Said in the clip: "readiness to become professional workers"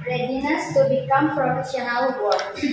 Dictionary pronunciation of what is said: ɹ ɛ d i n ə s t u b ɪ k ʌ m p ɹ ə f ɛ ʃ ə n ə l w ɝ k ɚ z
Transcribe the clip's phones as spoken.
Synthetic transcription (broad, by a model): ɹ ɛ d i n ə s t u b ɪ k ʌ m f ɹ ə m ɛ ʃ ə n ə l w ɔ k